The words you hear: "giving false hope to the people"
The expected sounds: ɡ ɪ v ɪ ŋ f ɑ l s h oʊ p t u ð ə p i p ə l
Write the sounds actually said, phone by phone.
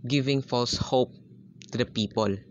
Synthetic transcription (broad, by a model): ɡ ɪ v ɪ ŋ f ɑ l s h oʊ p t u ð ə p i p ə l